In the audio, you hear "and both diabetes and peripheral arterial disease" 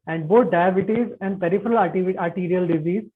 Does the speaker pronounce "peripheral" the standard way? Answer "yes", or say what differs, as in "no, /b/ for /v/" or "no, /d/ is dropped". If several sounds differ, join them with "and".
yes